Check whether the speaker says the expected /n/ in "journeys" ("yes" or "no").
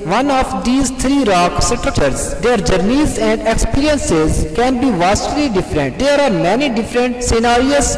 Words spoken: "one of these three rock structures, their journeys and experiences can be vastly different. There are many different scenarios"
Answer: yes